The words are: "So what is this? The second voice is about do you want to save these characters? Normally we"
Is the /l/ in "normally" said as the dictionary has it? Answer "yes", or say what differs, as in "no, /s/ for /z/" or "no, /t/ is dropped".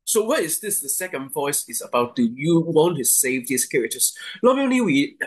no, /n/ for /l/